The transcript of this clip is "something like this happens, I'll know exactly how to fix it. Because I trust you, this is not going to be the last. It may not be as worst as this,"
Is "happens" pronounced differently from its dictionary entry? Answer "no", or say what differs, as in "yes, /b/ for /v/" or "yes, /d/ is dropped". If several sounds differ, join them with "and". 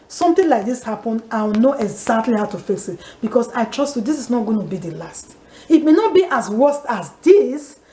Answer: yes, /z/ is dropped